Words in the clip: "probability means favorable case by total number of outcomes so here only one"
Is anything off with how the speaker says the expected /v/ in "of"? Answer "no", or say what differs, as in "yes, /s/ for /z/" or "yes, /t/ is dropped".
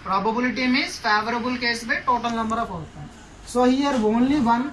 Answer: yes, /p/ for /v/